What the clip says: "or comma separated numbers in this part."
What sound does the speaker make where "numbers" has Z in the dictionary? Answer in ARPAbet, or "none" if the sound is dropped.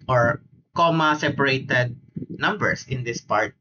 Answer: S